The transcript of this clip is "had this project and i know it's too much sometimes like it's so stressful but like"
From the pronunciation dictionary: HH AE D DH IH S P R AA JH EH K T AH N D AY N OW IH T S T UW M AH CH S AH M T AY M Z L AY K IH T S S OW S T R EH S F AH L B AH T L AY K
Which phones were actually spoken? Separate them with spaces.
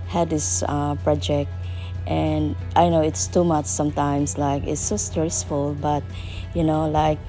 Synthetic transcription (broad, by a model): HH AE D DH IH S P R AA JH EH K T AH N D AY N OW IH T S T UW M AH CH S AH M T AY M S L AY K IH T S S OW S T R EH S F AH L B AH T L AY K